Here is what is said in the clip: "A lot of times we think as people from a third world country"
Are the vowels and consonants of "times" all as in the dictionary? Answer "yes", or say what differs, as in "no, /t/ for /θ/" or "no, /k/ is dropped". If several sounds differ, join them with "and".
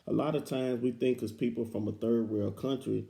yes